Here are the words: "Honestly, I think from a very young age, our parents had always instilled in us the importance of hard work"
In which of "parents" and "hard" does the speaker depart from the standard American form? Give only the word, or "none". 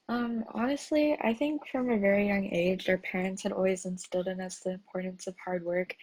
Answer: none